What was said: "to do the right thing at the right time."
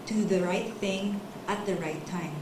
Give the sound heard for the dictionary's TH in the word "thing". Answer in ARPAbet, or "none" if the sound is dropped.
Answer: TH